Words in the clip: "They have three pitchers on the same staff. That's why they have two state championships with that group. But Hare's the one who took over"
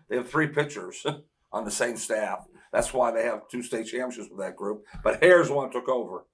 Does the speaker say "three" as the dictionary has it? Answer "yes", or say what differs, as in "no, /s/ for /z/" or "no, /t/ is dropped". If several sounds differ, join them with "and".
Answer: yes